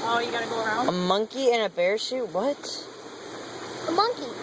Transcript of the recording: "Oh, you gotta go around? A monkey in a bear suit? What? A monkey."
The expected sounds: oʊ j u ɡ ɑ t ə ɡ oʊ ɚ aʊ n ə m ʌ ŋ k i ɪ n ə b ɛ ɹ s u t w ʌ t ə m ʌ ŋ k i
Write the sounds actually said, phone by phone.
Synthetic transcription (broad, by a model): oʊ j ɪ ɡ ɑ t ə ɡ oʊ ɚ aʊ n ə m ʌ ŋ k i ɪ n ə b ɛ ɹ ʃ u t w ʌ t ə m ʌ ŋ k i